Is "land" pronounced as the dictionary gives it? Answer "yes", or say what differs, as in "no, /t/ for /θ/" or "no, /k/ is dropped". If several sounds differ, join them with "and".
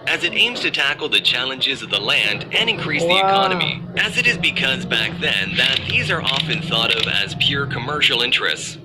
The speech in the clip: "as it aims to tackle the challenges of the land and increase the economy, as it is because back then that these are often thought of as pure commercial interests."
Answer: yes